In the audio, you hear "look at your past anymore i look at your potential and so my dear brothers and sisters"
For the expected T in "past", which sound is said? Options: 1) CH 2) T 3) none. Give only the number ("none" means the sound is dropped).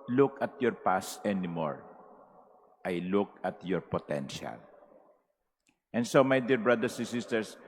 3